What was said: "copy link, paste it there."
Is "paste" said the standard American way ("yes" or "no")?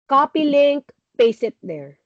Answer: no